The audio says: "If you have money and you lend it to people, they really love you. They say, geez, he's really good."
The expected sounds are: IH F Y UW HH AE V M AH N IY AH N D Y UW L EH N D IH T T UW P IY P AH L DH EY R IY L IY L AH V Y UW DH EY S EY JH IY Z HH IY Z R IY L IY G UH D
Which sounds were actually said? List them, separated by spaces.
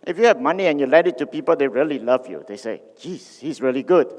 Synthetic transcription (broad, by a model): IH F Y UW HH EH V M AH N IY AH N Y UW L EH D IH T T UW P IY P AH L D EY R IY L IY L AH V Y UW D EY S EY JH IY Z HH IY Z R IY L IY G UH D